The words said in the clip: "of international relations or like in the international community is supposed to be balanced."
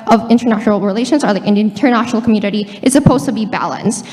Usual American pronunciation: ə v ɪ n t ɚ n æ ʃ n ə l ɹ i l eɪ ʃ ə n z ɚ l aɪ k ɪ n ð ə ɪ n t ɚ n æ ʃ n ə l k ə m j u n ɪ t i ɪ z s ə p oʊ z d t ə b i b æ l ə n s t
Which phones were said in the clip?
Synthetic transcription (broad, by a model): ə v ɪ n t ɚ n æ ʃ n l ɹ i l eɪ ʃ ə n z ɚ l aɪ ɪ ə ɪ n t ɚ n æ ʃ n l k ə m j u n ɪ t i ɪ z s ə p oʊ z t ə b i b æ l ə n s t